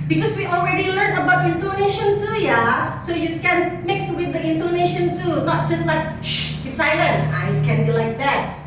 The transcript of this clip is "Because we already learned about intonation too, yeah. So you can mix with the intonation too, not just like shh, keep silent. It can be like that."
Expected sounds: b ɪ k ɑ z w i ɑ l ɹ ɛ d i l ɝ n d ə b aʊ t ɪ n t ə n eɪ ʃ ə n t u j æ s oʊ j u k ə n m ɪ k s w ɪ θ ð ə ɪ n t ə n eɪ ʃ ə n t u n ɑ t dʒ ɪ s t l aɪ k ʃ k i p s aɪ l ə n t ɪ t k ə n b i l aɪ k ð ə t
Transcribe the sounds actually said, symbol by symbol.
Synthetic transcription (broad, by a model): b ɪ k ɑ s w i ɑ l ɹ ɛ d i l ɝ n ə b aʊ t ɪ n t ə n eɪ ʃ ə n t u j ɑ s oʊ j u k ə n m ɪ k s w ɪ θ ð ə ɪ n t ə n eɪ ʃ ə n t u n ɑ t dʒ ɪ s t l aɪ k ʃ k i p s aɪ l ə n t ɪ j k ə n b i l aɪ k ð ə t